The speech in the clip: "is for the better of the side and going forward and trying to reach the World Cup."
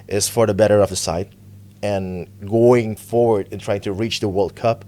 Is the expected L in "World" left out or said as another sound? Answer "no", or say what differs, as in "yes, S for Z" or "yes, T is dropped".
no